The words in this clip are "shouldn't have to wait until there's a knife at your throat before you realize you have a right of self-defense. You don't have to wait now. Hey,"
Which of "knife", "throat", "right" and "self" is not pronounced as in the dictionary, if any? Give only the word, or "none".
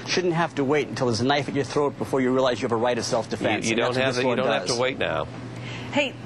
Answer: none